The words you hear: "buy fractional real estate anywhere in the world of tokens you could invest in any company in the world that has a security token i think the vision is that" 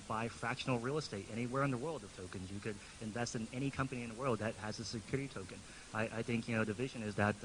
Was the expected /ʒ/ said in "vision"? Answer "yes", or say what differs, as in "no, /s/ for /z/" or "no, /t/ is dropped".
yes